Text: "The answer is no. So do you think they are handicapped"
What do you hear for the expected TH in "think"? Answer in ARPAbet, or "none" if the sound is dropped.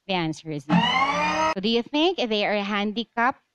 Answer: TH